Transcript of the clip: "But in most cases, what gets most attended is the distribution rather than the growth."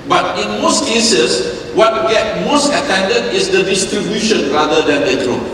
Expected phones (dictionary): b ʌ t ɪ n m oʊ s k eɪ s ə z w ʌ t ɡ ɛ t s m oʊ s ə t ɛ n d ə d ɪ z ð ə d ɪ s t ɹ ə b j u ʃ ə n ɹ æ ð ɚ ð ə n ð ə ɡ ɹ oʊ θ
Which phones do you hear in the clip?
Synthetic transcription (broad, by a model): b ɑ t ɪ n m oʊ s k eɪ s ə s w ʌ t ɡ ɛ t m oʊ s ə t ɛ n d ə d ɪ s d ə d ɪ s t ɹ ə b j u ʃ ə n ɹ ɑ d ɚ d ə n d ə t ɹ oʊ